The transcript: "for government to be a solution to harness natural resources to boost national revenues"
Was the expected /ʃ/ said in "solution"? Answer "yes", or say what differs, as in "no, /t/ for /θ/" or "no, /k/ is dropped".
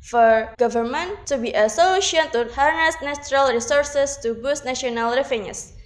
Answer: no, /ʃ/ is dropped